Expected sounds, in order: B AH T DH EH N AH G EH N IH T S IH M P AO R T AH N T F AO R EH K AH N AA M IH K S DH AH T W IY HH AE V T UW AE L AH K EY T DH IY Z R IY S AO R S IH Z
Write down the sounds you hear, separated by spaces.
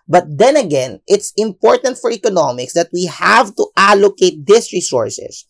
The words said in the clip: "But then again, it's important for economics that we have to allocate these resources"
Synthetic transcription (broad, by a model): B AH T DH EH N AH G EH N IH T S IH M P AO R T AH N T F AO R EH K AH N AA M IH K S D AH T W IY HH AE V T UW AE L AH K EY T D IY S R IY S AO R S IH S